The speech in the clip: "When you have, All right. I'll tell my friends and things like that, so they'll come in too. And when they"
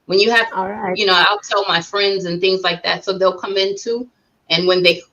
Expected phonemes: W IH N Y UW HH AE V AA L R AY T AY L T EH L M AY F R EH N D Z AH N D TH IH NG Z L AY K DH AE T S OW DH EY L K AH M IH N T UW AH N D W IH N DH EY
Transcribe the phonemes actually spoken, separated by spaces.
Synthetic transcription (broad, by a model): W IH N Y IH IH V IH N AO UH AY L T EH L M AY F R EH N D Z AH N TH IH NG Z L AY K DH AE T S OW DH EY L K AH M IH N T UW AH N W IH N DH EY